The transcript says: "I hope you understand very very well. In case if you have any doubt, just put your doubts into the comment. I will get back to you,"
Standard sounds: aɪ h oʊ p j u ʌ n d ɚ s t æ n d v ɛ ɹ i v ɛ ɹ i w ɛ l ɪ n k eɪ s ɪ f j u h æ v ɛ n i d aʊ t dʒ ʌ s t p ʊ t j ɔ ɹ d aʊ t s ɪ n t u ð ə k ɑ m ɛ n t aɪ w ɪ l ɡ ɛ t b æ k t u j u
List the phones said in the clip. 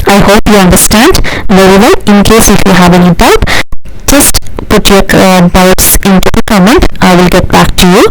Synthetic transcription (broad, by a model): aɪ h oʊ p j u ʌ n d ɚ s t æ n d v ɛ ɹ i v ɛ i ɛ ɪ n k eɪ s ɪ f j u h æ v ɛ n i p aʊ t dʒ ʌ s t p ʊ t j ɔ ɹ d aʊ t s ɪ n t u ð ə k ɑ m ɛ n t aɪ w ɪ l ɡ ɛ t b æ k t u j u